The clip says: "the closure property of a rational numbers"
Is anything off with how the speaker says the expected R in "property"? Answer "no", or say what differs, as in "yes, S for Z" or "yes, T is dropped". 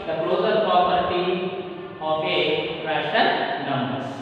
yes, R is dropped